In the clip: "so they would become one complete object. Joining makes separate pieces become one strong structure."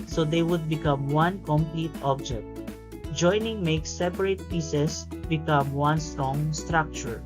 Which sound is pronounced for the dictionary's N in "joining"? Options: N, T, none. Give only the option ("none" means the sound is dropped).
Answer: N